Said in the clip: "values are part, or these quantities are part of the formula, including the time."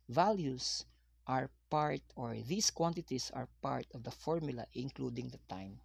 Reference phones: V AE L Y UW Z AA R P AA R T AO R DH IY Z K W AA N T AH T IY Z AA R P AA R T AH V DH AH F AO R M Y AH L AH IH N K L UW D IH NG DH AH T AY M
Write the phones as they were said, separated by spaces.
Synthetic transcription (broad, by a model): V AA L Y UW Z AA R P AA R T AO R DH IY S K W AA N T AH T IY S AA R P AA R T AH V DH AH F AO R M Y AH L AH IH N K L UW D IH NG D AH T AY M